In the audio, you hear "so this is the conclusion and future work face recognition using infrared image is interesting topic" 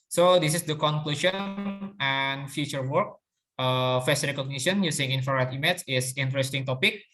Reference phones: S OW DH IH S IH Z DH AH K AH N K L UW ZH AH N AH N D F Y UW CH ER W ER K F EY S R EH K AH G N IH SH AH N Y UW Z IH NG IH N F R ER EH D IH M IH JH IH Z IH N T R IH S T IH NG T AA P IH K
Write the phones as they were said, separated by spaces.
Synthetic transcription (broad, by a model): S OW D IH S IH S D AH K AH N K L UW SH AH N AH N F Y UW CH ER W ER K F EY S R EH K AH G N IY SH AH N Y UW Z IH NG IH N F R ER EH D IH M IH CH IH S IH N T R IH S T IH NG T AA P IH K